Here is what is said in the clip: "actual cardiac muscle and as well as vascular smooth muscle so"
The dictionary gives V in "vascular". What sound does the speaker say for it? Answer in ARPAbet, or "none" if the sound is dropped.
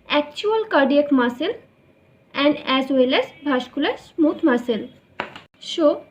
B